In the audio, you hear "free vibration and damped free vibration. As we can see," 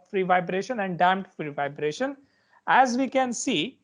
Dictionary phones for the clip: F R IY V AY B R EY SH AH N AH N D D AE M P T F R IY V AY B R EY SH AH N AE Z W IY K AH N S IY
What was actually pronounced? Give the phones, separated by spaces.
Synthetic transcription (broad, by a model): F R IY V AY B R EY SH AH N AH N D D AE M T F R IY V AY B R EY SH AH N AE Z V IY K AH N S IY